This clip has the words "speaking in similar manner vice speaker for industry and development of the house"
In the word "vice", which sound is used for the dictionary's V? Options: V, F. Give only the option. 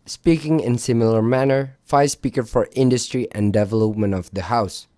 F